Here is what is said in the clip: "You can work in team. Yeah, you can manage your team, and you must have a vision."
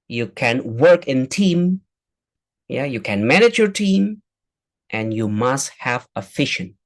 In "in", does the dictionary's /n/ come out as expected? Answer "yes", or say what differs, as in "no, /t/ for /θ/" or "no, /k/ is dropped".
yes